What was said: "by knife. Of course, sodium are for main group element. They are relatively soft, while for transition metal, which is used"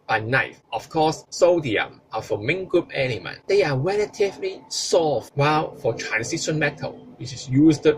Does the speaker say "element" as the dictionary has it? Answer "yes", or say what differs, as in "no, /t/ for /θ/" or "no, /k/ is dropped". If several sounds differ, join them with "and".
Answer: no, /n/ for /l/